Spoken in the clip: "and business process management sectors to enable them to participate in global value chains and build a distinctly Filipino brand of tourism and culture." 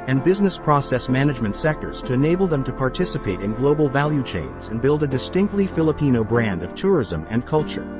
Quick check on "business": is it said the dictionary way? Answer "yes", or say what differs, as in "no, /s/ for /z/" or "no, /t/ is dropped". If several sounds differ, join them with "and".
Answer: yes